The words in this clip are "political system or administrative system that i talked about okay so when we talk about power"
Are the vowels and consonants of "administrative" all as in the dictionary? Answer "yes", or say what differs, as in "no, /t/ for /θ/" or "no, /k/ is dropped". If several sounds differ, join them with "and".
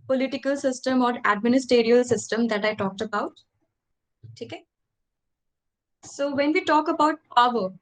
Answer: no, /ɹ/ is dropped